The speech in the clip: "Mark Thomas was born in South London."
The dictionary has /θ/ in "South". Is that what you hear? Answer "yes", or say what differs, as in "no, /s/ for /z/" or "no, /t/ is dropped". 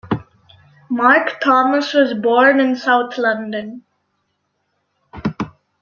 no, /t/ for /θ/